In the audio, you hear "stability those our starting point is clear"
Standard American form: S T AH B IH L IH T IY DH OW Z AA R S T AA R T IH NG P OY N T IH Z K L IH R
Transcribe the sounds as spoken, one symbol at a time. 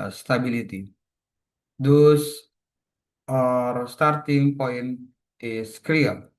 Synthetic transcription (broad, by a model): S T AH B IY L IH T IY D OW S AA R S T AA R T IH NG P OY N IH S K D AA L